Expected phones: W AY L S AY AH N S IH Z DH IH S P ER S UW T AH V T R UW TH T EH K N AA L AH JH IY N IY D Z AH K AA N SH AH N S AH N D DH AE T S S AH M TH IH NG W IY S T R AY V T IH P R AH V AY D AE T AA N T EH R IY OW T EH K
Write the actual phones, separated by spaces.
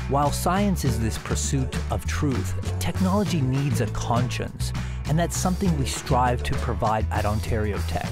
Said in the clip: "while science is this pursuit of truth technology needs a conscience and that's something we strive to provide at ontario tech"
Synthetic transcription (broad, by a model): W AY L S AY AH N S IH Z DH IH S P ER S UW T AH V T R UW TH T EH K N AA L AH JH IY N IY D Z AH K AA N SH AH N S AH N DH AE T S S AH M TH IH NG W IY S T R AY V T IH P R AH V AY D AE T AA N T EH R IY OW T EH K